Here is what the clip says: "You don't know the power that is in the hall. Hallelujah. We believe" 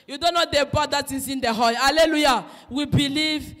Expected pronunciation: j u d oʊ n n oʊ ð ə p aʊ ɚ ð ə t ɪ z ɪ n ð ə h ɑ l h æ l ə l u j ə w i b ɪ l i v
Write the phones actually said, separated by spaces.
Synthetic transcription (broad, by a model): j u d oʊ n n oʊ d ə b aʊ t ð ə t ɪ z ɪ n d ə h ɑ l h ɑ l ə l u j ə w i b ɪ l i v